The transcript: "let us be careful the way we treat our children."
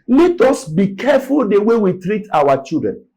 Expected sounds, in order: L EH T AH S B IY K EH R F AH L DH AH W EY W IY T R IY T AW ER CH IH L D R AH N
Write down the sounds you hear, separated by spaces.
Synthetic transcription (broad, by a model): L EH T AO S B IY K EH F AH L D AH W EY W IY T R IY T AW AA CH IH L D R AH N